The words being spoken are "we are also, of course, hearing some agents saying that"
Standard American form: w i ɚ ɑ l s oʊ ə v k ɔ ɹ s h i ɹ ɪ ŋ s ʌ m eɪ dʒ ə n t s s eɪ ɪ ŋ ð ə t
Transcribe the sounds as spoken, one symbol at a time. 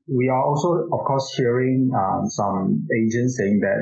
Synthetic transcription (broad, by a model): w i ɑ ɑ l s oʊ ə f k ɔ s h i ɹ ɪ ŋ s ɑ m eɪ dʒ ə n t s s eɪ ɪ ŋ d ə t